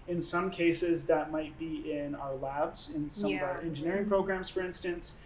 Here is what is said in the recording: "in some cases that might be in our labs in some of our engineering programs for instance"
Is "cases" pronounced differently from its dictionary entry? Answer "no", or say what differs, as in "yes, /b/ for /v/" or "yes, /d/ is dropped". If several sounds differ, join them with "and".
no